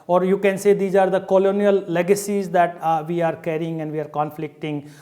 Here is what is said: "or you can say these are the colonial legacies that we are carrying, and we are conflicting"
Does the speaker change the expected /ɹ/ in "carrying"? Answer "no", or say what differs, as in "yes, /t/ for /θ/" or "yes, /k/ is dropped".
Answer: no